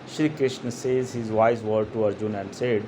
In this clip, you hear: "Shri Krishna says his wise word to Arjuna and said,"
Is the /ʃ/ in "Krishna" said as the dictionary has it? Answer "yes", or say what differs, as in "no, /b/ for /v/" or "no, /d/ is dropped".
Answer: yes